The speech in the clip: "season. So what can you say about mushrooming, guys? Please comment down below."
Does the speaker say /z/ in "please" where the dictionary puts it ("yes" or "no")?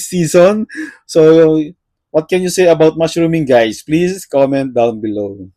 no